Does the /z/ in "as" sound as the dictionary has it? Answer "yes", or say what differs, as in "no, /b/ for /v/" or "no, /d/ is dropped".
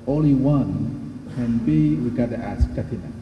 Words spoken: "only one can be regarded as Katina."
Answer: no, /s/ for /z/